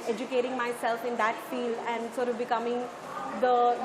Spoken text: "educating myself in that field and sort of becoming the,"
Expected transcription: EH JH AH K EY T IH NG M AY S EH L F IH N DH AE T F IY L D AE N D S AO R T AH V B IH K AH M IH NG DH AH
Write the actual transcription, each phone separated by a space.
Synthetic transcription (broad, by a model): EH JH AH K EY T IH NG M AY S EH L F IH N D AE T F IY L AE N D S AO R T AH V B IH K AH M IH NG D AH